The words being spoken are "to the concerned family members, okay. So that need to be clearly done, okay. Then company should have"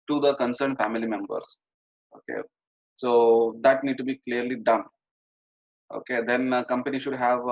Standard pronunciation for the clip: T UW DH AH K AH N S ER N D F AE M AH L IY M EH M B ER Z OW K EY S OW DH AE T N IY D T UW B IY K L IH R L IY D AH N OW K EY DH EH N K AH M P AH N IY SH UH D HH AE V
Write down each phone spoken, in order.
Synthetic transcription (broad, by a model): T UW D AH K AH N S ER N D F AE M AH L IY M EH M B ER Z OW K EY S OW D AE T N IY D T UW B IY K L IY R L IY D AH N OW K EY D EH N K AH M P AH N IY SH UH D HH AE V